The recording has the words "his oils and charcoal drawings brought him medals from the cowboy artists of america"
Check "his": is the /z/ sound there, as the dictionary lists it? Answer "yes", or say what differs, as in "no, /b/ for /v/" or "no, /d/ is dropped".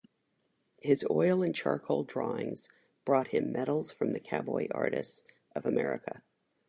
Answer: yes